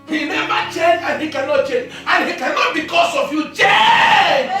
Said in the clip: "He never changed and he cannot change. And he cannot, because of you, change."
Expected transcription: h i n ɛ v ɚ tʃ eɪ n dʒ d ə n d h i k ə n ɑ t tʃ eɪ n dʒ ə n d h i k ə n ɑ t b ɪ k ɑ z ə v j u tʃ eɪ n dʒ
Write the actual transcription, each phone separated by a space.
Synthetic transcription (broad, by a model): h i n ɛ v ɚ tʃ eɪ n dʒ ə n h i k ə n ɑ t tʃ eɪ n dʒ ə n h i k ə n ɑ t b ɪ k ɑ s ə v j u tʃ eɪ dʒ